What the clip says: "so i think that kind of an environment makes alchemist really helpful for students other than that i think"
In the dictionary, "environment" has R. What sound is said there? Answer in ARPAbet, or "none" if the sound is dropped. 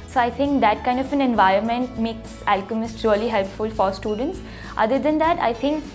R